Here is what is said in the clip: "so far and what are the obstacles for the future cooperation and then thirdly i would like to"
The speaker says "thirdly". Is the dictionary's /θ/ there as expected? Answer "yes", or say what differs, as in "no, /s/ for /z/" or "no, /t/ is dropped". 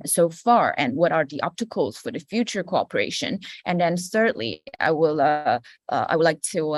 no, /s/ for /θ/